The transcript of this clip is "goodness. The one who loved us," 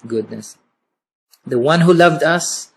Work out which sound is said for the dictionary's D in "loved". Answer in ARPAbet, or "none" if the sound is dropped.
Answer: D